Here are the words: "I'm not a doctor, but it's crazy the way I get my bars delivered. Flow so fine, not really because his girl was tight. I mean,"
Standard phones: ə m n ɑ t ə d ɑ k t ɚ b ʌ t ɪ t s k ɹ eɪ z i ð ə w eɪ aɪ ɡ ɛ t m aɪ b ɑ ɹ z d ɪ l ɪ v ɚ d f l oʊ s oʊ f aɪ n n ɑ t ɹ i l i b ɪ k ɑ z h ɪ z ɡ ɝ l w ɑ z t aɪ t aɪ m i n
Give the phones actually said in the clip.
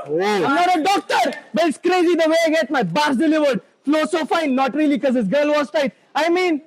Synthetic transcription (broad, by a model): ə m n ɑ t ə d ɑ k t ɚ b ʌ t ɪ t s k ɹ eɪ z i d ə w eɪ aɪ ɡ ɛ t m aɪ b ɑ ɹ s d ɪ l ɪ v ɚ d f l oʊ s oʊ f aɪ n n ɑ t ɹ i i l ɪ k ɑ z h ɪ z ɡ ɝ l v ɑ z t aɪ t aɪ m i n